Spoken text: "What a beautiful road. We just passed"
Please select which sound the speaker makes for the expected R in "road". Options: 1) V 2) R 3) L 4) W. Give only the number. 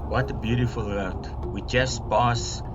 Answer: 4